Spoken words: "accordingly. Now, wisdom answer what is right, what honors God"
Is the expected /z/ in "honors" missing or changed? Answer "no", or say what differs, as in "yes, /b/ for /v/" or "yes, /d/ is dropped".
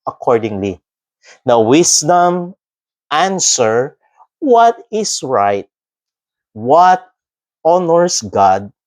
yes, /s/ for /z/